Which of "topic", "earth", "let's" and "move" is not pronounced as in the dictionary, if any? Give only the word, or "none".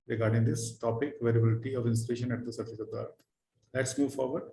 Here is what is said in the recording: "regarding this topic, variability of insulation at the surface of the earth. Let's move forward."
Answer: earth